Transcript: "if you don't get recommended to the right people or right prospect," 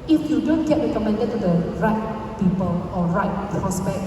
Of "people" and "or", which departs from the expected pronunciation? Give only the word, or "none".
or